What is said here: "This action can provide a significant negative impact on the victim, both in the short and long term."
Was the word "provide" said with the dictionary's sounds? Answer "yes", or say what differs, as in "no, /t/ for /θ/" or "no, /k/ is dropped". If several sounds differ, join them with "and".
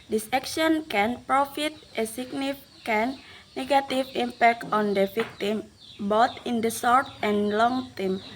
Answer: no, /f/ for /v/